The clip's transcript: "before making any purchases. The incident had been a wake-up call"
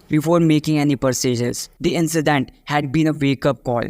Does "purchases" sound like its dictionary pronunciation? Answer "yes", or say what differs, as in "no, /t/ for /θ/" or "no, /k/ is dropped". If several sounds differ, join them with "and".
no, /s/ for /tʃ/